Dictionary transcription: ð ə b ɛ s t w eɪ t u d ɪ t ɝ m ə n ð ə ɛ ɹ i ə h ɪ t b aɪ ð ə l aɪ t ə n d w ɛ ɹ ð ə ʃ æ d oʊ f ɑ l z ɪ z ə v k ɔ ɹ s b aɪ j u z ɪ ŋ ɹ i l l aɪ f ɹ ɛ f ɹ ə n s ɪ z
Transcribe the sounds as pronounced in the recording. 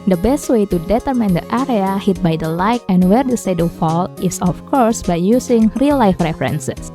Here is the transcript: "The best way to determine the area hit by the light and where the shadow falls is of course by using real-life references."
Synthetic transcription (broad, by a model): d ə b ɛ s t w eɪ t u d ɪ t ɝ m ə n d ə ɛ ɹ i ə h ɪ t b aɪ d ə l aɪ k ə n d w ɛ ɹ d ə s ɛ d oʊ f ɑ l ɪ s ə f k ɔ ɹ s b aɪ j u s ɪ ŋ ɹ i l l aɪ f ɹ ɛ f ɹ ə n s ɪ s